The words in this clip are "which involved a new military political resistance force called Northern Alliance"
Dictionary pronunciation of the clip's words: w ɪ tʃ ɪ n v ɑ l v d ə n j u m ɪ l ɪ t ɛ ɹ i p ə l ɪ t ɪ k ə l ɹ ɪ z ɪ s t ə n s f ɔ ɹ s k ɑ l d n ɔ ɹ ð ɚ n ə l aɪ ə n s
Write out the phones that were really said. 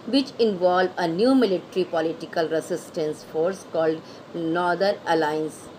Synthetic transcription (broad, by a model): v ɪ tʃ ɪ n v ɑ l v ə n j u m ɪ l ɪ t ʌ ɹ i p ə l ɪ t ɪ k ə l ɹ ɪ s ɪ s t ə n s f ɔ ɹ s k ɑ l d n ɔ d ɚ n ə l aɪ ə n s